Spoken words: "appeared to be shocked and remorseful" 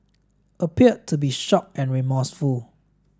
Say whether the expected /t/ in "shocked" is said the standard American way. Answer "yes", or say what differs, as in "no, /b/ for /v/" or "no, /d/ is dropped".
no, /t/ is dropped